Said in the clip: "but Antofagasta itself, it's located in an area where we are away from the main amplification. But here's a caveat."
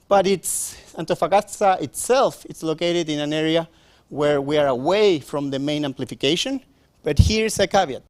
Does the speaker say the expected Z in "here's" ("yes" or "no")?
no